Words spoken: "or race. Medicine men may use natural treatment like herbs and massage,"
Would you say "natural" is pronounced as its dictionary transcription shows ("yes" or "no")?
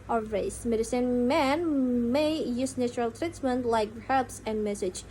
yes